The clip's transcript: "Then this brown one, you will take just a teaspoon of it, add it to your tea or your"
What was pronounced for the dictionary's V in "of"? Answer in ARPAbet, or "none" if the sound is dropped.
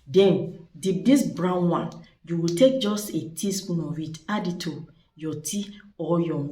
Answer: W